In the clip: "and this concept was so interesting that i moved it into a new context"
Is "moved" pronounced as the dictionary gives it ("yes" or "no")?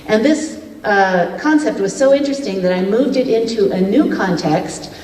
yes